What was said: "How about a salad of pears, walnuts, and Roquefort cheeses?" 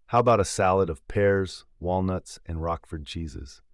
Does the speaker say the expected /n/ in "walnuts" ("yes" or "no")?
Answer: yes